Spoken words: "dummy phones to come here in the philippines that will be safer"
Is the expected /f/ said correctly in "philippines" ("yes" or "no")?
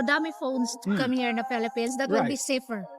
no